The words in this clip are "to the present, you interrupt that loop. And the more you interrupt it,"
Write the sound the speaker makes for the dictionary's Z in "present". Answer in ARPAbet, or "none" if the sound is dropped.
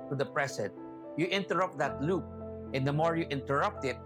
S